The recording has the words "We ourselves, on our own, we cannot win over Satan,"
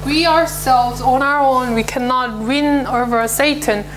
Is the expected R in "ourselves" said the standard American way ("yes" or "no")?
yes